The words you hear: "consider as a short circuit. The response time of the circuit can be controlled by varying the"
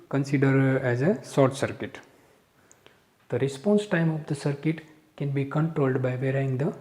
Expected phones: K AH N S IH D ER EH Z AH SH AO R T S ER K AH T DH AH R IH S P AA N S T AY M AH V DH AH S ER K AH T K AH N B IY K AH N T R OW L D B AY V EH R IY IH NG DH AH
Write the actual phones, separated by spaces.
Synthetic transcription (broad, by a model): K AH N S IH D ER EH Z AH S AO R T S ER K AH T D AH R IH S P AA N S T AY M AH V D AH S ER K AH T K AH N B IY K AH N T R OW L D B AY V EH R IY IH NG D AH